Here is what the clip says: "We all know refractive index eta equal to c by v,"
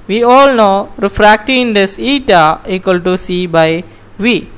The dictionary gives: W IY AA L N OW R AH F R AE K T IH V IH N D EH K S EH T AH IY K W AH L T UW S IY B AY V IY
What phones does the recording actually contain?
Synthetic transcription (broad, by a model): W IY AA L N OW R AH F R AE K T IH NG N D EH S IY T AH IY K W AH L T UW S IY B AY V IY